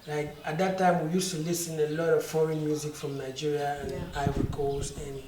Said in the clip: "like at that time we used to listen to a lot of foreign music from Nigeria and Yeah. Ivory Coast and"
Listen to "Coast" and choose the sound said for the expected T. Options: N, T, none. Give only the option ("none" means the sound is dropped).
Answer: none